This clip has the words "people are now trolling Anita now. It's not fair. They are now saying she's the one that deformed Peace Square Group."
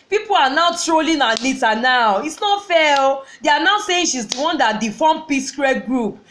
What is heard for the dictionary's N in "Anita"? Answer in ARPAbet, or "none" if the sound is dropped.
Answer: L